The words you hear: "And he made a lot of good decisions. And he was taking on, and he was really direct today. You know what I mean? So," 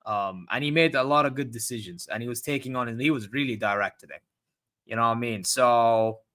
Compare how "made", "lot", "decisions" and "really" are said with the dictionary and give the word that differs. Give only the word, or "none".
none